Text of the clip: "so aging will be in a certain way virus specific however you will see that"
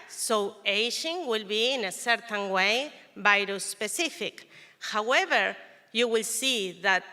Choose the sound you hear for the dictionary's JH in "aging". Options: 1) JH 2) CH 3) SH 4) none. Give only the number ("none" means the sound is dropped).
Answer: 3